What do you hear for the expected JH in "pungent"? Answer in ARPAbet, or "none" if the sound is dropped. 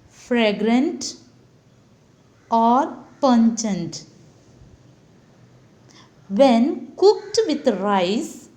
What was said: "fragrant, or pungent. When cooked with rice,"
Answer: CH